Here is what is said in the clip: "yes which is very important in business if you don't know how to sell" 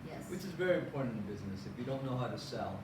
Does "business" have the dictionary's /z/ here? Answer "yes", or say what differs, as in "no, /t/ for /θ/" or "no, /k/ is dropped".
yes